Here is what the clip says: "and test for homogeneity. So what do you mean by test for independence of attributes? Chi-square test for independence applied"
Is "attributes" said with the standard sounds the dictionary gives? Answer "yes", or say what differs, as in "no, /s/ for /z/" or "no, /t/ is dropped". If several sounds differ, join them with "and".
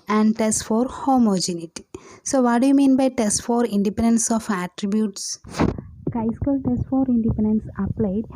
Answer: yes